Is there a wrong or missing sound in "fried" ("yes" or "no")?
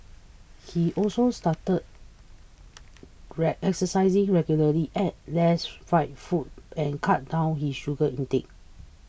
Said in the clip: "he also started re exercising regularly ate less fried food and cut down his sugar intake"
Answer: yes